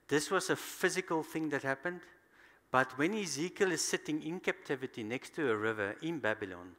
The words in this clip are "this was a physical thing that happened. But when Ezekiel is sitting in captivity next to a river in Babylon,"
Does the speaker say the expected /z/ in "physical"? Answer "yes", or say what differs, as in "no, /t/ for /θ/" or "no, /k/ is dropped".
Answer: yes